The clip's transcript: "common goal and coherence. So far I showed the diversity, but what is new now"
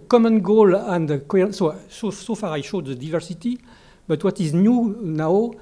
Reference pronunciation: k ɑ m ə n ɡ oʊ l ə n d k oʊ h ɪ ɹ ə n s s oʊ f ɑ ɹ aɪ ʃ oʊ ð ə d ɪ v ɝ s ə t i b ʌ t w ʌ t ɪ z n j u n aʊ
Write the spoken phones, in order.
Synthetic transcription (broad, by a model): k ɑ m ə n ɡ oʊ l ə n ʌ k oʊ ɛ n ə s s oʊ f ɑ ɹ aɪ ʃ oʊ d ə d ɪ v ɝ s ə t i b ʌ t w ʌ t ɪ z n j u n aʊ